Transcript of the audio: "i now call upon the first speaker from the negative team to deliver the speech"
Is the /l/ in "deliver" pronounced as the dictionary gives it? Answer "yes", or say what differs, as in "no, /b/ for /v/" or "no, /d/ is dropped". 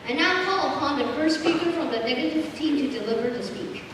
yes